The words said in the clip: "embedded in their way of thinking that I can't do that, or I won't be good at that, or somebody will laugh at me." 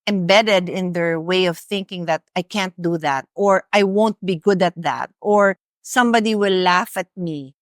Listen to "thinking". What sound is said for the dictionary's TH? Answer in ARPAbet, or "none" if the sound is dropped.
TH